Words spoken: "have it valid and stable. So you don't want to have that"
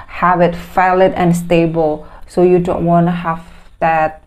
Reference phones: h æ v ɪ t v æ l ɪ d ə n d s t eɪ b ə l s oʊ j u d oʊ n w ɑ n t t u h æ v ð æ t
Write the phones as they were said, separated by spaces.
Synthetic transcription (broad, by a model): h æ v ɪ t f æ l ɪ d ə n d s t eɪ b ə l s oʊ j u d oʊ n w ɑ n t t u h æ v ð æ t